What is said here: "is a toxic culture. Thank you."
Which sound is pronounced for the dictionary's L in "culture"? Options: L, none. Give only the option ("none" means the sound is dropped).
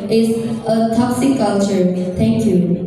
L